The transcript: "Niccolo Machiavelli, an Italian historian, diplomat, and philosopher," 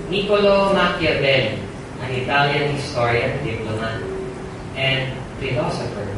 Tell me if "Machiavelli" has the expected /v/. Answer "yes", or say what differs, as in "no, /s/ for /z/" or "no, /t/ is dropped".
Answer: no, /b/ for /v/